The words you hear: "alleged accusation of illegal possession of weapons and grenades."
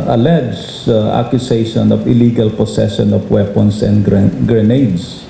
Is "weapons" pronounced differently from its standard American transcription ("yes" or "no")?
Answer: yes